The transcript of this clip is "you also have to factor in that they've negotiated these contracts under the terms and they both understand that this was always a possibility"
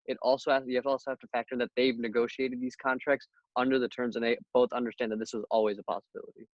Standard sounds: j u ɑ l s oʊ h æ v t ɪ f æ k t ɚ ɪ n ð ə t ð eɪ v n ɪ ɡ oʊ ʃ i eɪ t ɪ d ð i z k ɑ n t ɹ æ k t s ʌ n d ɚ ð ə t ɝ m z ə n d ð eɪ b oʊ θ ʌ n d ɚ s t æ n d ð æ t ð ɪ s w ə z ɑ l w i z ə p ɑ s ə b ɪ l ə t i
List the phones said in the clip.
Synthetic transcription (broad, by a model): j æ ɑ l s oʊ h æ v t ɪ f æ k t ɚ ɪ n ð ə t ð eɪ v n ɪ ɡ oʊ ʃ i eɪ t ɪ d ð i z k ɑ n t ɹ æ k t s ʌ n d ɚ ð ə t ɝ m z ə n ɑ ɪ b oʊ θ ʌ n d ɚ s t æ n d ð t ð ɪ s w ə z ɑ l w i z ə p ɑ s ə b ɪ l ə t i